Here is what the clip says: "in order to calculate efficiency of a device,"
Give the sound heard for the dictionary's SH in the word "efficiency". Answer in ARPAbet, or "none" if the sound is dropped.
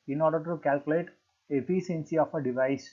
S